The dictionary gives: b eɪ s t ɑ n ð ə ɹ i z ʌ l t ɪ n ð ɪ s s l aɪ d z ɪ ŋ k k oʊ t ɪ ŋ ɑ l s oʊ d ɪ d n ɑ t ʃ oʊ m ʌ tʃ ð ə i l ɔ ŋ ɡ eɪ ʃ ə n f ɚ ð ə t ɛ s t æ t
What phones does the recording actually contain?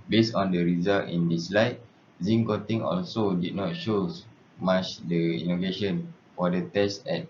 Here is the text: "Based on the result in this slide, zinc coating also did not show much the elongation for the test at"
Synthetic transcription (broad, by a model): b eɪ s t ɑ n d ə ɹ i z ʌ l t ɪ n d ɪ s s l aɪ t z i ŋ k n t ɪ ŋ ɑ l s oʊ d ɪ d n ɑ t ʃ oʊ m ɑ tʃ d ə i n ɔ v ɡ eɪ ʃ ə n f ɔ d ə t ɛ s t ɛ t